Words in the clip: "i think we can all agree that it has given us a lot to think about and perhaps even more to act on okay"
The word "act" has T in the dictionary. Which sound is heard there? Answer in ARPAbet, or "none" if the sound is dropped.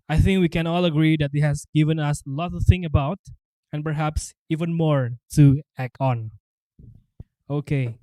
none